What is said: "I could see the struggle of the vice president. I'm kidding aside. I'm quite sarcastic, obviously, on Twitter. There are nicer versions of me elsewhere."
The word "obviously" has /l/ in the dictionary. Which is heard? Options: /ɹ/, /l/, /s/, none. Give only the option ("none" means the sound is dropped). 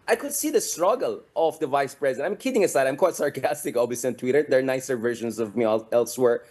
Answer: none